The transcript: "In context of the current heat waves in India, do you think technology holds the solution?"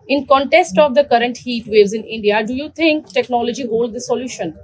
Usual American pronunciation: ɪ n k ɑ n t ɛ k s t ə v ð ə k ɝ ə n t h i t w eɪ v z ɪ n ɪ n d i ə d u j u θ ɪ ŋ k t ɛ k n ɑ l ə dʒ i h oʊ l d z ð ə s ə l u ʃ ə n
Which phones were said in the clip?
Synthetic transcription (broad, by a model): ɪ n k ɑ n t ɛ k s t ə v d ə k ɝ ə n t h i t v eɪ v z ɪ n ɪ n d i ə d u j u t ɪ ŋ k t ɛ k n ɑ l ə dʒ i h oʊ l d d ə s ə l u ʃ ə n